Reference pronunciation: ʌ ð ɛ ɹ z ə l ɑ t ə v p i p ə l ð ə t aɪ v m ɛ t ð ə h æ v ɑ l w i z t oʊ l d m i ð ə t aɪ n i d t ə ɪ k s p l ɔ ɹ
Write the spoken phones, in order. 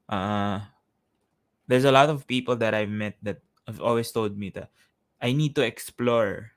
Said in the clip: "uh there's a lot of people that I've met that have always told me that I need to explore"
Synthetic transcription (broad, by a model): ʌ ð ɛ ɹ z ə l ɑ t ə v p i p ə l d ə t aɪ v m ɛ t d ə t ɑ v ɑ l w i s t oʊ l d m i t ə t aɪ n i d t ə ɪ k s p l ɔ ɹ